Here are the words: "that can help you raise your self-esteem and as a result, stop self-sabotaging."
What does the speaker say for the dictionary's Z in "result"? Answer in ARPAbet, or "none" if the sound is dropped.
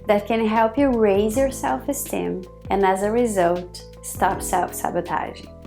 Z